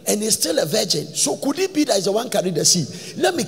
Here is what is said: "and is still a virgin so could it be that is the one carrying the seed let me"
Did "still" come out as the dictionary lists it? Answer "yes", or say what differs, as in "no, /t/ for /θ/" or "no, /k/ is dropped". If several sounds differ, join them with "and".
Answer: yes